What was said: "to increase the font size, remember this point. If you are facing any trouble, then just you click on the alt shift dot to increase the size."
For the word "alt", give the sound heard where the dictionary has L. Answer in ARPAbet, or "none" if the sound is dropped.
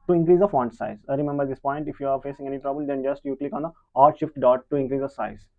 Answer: none